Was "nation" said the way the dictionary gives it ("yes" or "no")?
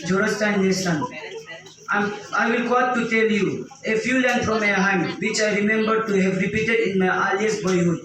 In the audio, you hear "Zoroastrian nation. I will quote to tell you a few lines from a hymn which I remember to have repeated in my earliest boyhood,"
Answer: no